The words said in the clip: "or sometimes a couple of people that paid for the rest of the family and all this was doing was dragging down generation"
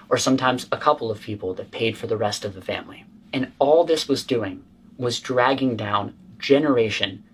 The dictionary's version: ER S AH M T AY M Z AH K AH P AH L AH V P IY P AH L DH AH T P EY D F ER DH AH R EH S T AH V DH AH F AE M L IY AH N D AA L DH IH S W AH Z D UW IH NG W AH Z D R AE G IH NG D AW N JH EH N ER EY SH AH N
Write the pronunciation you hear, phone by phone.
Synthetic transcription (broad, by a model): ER S AH M T AY M Z AH K AH P L AH V P IY P L DH AH T P EY D F ER DH AH R EH S T AH V DH AH F AE M L IY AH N AA L DH IH S W AH Z D UW IH NG W AH Z D R AE G IH NG D AW N JH EH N ER EY SH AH N